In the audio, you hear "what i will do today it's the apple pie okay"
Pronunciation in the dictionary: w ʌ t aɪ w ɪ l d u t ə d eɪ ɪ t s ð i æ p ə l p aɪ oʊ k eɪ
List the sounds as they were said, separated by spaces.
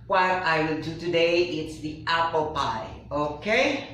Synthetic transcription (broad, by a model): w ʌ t aɪ w ɪ l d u t ə d eɪ ɪ t s ð i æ p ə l p aɪ oʊ k eɪ